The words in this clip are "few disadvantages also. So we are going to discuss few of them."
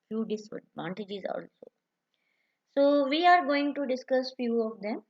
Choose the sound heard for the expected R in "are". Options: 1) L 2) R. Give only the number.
2